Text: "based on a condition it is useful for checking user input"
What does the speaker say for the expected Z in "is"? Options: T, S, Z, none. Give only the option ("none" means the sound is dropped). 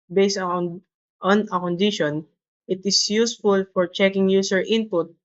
S